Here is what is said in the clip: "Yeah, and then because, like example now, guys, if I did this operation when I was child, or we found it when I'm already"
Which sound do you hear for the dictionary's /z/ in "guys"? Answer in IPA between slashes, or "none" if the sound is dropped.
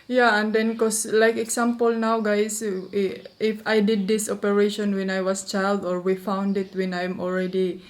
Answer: /s/